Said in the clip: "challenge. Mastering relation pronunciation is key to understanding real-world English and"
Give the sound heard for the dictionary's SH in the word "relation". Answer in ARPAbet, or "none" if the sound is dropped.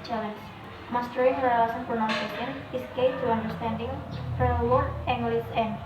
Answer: S